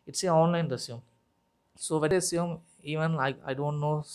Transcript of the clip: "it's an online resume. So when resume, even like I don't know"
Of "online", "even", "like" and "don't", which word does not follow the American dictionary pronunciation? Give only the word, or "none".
like